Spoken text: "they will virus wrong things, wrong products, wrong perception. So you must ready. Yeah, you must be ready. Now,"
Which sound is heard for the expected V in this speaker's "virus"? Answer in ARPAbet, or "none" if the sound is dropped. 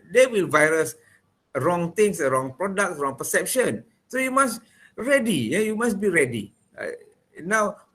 V